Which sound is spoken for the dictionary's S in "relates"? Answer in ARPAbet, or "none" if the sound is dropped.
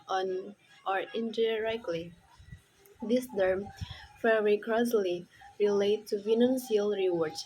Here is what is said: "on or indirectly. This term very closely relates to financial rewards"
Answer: none